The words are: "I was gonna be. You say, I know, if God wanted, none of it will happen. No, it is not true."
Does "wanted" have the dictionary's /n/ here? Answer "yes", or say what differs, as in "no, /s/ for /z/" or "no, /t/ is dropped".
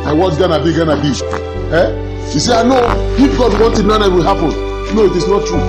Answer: yes